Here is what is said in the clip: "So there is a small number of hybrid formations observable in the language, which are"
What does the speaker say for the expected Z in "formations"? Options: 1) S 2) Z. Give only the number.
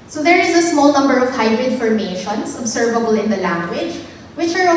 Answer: 1